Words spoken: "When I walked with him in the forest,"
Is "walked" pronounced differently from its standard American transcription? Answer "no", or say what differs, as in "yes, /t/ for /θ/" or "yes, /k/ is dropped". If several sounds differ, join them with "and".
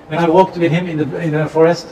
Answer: no